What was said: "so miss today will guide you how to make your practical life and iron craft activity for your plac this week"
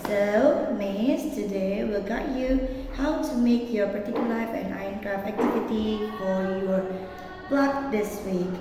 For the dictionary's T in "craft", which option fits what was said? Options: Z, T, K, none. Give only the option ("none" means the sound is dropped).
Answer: none